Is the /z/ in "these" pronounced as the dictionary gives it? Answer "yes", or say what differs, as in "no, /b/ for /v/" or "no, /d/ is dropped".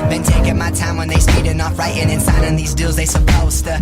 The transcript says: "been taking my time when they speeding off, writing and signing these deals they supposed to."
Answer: yes